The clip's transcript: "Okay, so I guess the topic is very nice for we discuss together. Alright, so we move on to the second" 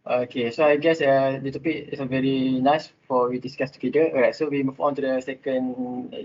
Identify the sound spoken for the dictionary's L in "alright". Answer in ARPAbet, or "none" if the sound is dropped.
none